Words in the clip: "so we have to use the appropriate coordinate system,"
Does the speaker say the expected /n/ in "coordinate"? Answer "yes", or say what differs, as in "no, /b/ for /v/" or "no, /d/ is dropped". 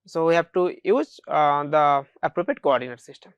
yes